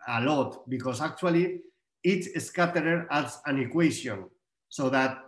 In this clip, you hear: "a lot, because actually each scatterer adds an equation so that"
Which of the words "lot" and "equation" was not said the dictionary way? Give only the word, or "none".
equation